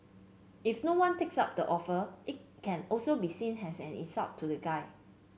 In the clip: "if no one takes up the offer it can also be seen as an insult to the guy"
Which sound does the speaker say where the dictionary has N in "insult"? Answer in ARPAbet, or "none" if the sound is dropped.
none